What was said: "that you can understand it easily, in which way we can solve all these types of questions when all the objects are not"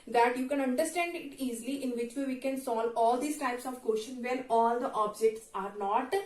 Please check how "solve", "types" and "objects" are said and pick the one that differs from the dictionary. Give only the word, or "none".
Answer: solve